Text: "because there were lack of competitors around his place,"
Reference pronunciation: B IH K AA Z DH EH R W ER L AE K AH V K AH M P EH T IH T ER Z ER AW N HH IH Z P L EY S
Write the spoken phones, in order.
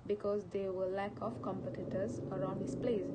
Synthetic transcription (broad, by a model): B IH K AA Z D EH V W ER L AE K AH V K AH M P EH T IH T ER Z ER AW N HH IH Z P L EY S